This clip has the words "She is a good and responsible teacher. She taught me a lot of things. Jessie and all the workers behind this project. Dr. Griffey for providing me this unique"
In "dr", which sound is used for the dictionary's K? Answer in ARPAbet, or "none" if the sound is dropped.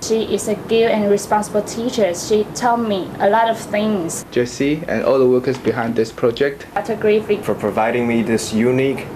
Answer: none